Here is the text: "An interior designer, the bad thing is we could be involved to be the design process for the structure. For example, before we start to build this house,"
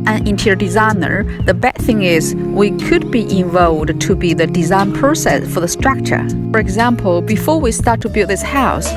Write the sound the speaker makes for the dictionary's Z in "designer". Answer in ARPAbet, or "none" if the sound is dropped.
Z